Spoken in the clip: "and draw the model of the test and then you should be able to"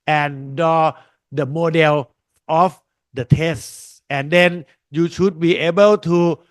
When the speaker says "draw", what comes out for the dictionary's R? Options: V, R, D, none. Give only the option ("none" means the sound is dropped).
none